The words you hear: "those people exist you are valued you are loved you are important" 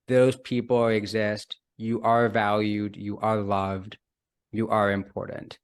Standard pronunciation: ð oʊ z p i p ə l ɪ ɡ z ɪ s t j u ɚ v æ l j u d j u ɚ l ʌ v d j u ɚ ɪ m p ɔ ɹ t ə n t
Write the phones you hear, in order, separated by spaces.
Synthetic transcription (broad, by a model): ð oʊ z p i p l ɪ ɡ z ɪ s t j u ɚ v æ l j u d j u ɚ l ʌ v d j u ɚ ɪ m p ɔ ɹ t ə n t